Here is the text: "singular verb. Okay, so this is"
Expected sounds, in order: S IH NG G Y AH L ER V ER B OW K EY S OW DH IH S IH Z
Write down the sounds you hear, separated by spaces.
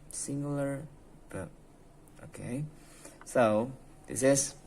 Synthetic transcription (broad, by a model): S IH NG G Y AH L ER B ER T OW K EY S OW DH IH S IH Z